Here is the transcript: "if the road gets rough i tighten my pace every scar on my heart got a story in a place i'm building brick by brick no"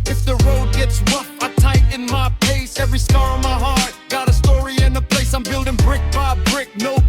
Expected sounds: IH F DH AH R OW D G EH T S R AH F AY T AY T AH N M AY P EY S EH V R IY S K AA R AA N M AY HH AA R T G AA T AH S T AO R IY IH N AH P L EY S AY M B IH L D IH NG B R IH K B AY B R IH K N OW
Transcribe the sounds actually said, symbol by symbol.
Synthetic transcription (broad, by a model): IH F DH AH R OW D G EH T S W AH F AY T AY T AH N M AY P EY S EH V R IY S K AA R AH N M AY HH AA R T G AA T AH S T AO R IY IH N AH P L EY S AY M B IH L D IH NG B R IH K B AY B R IH K N OW